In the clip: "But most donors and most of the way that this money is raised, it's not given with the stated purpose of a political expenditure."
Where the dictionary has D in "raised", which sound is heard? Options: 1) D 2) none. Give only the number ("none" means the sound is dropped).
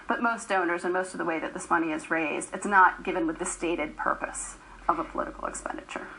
1